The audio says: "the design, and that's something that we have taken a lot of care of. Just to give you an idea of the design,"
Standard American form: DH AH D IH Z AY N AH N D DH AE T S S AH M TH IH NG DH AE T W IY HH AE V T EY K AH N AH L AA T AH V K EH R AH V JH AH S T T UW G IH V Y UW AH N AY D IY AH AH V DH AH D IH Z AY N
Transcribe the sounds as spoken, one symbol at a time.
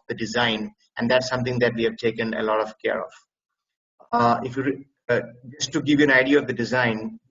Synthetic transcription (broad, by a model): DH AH D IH Z AY N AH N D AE T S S AH M T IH NG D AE T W IY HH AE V T EY K AH N AH L AA T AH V K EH R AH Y JH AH S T T UW G IH V Y UW AH N AY D IY AH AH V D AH D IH Z AY N